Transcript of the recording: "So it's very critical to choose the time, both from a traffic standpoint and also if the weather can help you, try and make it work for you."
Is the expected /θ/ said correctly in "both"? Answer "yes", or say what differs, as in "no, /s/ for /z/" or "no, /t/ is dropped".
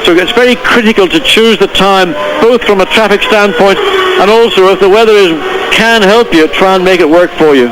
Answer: yes